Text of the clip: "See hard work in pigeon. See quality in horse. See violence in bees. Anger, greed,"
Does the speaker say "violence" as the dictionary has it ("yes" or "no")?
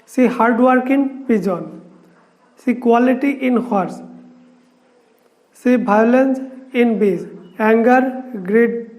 no